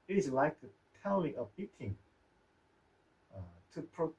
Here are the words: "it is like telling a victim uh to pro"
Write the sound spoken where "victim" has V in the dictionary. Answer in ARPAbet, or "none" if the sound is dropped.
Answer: B